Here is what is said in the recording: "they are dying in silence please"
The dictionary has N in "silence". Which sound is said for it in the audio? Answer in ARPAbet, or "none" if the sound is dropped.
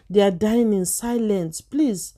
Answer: N